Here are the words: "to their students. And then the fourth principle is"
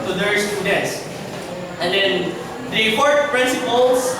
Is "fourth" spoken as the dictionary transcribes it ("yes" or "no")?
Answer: no